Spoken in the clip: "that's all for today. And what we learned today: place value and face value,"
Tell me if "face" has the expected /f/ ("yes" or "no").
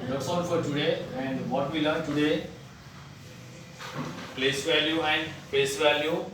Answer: no